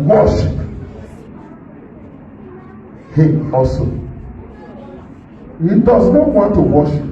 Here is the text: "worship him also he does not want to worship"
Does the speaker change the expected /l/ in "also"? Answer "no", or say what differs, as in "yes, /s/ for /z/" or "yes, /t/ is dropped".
yes, /l/ is dropped